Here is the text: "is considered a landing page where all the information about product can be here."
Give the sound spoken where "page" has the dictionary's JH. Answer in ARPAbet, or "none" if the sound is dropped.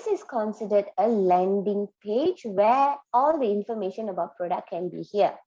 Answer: JH